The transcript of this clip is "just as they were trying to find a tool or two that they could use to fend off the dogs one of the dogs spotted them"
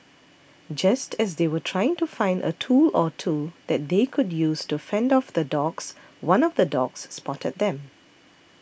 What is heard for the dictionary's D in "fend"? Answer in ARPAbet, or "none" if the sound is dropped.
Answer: D